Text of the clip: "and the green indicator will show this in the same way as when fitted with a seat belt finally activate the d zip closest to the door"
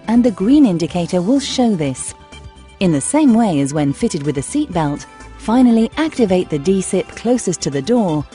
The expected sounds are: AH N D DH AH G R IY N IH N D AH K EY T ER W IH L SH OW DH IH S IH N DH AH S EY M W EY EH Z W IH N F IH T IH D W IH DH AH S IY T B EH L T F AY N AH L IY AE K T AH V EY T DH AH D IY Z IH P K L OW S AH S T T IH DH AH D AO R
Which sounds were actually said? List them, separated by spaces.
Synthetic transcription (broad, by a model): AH N DH AH G R IY N IH N D AH K EY T ER W IH L SH OW DH IH S IH N DH AH S EY M W EY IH Z W IH N F IH T IH D W IH DH AH S IY T B EH L T F AY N L IY AE K T AH V EY T DH AH D IY S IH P K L OW S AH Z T T IH DH AH D AO R